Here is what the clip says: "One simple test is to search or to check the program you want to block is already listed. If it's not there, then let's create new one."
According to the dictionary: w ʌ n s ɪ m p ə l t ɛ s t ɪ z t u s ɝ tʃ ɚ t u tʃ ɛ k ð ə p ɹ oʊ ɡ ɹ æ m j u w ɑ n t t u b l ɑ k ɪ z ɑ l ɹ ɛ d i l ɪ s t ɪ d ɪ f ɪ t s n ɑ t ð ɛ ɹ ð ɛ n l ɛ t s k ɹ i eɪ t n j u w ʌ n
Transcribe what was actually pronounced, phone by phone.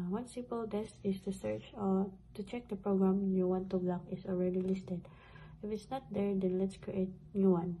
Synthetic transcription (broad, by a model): w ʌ n s ɪ m p ə l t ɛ s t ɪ s t u s ɝ tʃ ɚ t u tʃ ɛ k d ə p ɹ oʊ ɡ ɹ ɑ m j u w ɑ n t t u b l ɑ k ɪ s ɑ l ɹ ɛ d i l ɪ s t ɪ d ɪ f ɪ t s n ɑ t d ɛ ɹ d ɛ n l ɛ t s k ɹ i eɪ t n j u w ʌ n